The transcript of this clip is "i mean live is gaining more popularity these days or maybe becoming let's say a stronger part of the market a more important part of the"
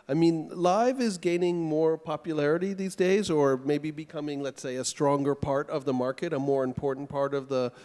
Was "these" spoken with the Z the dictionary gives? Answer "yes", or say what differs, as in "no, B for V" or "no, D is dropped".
yes